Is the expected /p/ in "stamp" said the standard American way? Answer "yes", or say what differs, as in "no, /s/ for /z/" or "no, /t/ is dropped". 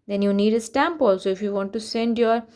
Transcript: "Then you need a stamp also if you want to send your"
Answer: yes